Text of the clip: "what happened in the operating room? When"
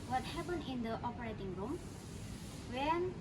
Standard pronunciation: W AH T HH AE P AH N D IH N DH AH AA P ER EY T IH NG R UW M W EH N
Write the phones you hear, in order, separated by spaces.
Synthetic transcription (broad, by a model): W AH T HH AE P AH N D IH N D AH AA P ER EY T IH NG R UW M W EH N